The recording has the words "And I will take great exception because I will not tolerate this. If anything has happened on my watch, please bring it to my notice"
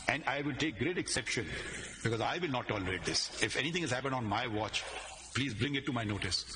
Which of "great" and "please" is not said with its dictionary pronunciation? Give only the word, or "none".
none